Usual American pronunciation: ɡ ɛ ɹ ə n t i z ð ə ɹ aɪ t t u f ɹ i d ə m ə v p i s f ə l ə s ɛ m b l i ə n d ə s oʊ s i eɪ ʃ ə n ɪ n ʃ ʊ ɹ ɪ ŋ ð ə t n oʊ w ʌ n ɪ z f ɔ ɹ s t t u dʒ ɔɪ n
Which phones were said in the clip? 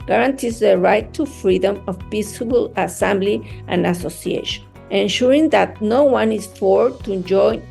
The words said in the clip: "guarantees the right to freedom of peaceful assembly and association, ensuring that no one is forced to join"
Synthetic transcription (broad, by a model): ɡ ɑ ɹ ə n t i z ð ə ɹ aɪ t t u f ɹ i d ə m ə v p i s ə l ə s ɛ m b l i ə n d ə s oʊ s i eɪ ʃ ə n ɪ n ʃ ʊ ɹ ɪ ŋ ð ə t n oʊ w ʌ n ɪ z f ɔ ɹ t t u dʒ ɔɪ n